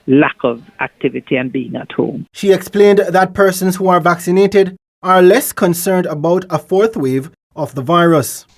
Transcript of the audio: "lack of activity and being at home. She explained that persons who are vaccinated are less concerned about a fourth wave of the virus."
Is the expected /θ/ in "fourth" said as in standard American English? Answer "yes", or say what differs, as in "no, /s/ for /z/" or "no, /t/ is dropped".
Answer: yes